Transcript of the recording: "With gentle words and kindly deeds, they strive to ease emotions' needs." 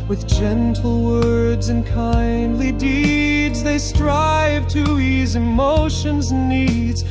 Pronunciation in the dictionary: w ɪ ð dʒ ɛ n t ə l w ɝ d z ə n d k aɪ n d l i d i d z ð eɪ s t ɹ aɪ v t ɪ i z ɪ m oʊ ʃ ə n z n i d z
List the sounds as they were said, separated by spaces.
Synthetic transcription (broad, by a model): w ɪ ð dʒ ɛ n t l w ɝ d z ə n k aɪ n d l i d i d z ð eɪ s t ɹ aɪ v t ɪ i z ɪ m oʊ ʃ ə n z n i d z